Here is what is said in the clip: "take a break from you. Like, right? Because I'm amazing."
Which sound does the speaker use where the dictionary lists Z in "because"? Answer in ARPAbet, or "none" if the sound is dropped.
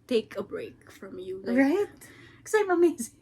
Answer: none